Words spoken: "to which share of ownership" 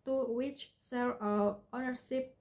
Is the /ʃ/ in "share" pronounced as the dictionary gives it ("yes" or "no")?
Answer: no